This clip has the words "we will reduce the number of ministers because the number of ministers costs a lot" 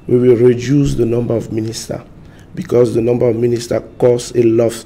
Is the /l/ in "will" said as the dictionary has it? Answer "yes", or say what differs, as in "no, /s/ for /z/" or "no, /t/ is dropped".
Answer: yes